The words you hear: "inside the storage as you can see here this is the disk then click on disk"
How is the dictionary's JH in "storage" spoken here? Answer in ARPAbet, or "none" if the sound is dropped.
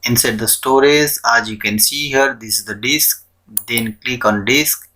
Z